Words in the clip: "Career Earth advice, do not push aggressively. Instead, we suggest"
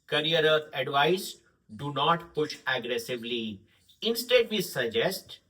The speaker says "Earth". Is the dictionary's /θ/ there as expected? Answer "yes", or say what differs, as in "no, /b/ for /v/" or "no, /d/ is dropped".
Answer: no, /t/ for /θ/